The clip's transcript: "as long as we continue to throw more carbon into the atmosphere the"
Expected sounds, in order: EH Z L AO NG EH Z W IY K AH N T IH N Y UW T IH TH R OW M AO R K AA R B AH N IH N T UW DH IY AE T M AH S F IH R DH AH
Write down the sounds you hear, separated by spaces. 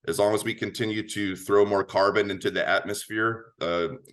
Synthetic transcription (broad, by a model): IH Z L AO NG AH Z W IY K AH N T IH N Y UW T IH TH R OW M AO R K AA R B AH N IH N T UW DH IY AE T M AH S F IH R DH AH